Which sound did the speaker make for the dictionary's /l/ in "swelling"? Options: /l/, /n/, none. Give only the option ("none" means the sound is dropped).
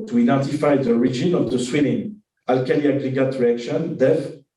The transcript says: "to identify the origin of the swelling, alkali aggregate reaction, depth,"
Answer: /n/